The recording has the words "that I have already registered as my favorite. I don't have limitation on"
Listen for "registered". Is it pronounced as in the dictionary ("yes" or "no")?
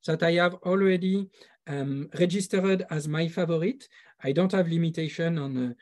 yes